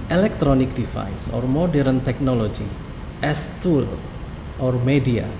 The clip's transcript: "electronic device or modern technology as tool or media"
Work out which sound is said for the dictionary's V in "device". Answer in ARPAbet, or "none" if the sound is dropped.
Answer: F